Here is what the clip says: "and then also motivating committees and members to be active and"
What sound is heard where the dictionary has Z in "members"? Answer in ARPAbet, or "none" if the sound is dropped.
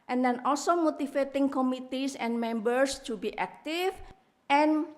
S